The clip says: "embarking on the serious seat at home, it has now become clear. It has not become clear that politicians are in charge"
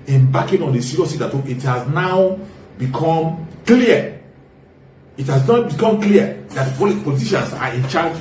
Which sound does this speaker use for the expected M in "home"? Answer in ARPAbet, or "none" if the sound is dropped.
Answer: none